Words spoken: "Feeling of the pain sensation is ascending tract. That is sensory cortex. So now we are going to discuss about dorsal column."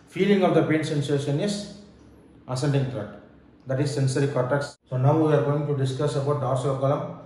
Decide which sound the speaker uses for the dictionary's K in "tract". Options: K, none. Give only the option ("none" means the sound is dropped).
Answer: none